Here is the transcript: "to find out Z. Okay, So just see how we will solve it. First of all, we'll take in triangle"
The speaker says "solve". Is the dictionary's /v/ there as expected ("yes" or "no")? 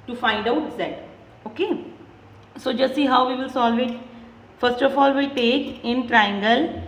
yes